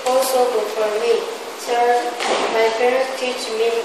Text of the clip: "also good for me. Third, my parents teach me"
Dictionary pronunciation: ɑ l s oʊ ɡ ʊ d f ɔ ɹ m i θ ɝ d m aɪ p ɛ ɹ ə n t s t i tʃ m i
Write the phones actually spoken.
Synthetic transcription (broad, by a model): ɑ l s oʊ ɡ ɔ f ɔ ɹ m i s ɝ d m aɪ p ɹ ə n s t i tʃ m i